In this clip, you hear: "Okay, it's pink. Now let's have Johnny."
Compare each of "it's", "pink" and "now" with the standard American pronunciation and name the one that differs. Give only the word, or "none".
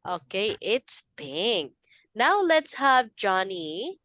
pink